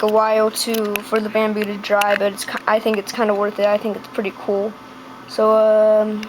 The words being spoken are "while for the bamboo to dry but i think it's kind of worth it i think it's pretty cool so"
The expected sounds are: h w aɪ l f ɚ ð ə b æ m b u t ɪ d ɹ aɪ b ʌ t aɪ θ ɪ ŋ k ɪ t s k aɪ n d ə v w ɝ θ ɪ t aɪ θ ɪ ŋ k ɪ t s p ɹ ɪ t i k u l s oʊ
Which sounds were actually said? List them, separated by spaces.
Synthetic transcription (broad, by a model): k w aɪ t f ɚ ð ə b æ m b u t ɪ d ɹ aɪ b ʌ t aɪ θ ɪ ŋ k ɪ t s k aɪ n d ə w ɝ θ ɪ t aɪ θ ɪ ŋ k ɪ t s p ɹ ɪ t i k u l s oʊ